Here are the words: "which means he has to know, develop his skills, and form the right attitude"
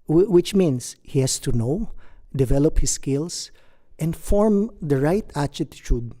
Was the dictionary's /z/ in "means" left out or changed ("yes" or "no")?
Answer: yes